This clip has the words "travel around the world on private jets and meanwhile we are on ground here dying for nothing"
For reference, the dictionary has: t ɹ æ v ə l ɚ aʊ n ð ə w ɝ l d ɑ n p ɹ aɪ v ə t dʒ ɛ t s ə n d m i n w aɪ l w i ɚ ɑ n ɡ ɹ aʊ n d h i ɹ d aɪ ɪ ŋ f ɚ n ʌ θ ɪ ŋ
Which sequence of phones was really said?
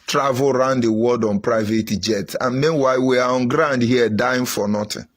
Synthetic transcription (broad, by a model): t ɹ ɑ v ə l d aʊ n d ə w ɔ d ɑ n p ɹ aɪ v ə t dʒ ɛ t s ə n m i n w aɪ l w i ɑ ɑ n ɡ ɹ aʊ n d h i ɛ d aɪ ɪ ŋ f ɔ n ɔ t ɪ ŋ